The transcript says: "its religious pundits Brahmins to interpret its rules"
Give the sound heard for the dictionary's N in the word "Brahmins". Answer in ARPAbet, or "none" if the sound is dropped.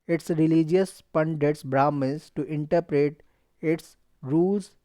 none